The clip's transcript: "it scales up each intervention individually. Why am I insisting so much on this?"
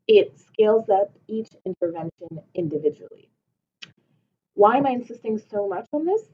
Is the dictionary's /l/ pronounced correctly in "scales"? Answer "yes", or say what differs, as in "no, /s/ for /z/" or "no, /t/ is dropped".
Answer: yes